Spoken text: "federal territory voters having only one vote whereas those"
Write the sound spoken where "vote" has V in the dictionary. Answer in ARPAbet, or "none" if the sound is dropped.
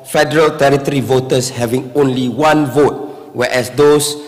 V